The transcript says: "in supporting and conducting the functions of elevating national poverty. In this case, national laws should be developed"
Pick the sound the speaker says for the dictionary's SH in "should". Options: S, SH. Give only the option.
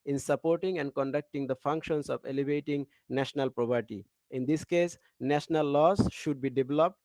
SH